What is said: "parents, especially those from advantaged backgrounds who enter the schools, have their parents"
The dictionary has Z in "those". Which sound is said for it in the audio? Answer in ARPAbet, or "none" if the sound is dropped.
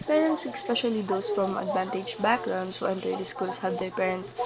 S